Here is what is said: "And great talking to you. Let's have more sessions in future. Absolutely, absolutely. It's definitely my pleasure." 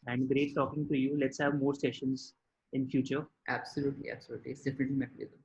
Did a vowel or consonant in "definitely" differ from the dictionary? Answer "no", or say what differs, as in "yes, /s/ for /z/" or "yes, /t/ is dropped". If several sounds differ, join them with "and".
no